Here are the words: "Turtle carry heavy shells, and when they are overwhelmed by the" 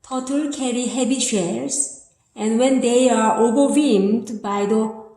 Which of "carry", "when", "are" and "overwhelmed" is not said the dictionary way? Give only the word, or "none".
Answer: overwhelmed